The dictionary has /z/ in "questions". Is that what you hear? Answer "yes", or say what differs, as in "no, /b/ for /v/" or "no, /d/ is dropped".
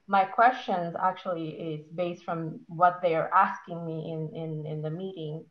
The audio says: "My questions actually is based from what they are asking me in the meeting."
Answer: yes